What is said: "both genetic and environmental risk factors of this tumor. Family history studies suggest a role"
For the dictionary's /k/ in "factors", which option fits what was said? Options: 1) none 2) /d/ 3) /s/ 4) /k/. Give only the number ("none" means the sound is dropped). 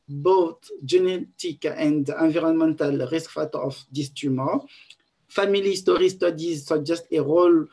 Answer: 1